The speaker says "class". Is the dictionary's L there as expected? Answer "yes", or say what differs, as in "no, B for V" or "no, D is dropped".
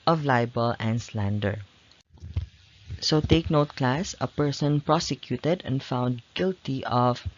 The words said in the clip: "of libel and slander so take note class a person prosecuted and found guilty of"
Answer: yes